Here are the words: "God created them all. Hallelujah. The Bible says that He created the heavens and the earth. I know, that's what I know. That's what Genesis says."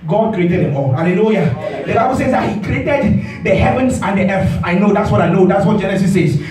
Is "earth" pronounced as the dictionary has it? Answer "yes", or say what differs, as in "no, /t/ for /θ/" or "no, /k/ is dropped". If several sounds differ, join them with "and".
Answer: no, /f/ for /θ/